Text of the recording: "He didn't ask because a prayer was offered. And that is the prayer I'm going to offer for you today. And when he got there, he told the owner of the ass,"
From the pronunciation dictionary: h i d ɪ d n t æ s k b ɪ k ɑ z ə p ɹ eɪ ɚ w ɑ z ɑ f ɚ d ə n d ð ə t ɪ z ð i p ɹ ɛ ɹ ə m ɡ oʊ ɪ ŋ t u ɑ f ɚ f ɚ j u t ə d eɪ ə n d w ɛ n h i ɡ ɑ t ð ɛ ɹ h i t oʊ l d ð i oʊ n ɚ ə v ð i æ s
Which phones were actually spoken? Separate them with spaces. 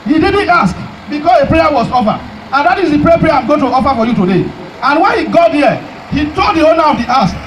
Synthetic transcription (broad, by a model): h i d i d n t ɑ s k b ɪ k ɑ s ə p ɹ eɪ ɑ w ɑ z ɑ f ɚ ə n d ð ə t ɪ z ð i p ɹ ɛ ɹ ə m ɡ oʊ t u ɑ f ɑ f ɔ j u t ə d eɪ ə n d w ɛ n h i ɡ ɑ t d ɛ h i t oʊ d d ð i oʊ n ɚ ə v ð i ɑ s